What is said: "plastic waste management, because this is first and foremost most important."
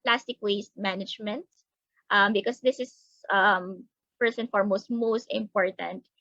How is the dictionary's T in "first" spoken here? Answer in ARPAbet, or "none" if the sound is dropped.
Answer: none